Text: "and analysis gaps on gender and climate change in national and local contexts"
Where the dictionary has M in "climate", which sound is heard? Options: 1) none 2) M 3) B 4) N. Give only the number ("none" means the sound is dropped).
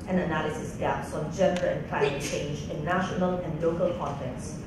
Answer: 1